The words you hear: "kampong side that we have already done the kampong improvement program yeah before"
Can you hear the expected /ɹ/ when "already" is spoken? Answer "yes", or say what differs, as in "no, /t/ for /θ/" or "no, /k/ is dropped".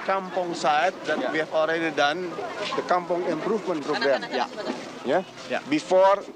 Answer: yes